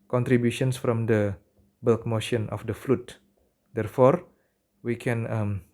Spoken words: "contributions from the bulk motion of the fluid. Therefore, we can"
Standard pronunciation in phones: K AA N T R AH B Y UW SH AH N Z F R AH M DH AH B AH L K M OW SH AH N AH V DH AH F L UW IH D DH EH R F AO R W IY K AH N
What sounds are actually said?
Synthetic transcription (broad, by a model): K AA N T R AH B Y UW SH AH N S F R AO M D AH B AH L K M OW SH AH N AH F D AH F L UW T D EH R F AO R W IY K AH N